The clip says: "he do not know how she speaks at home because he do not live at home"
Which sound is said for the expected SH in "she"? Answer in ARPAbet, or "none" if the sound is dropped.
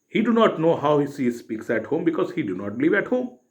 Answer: S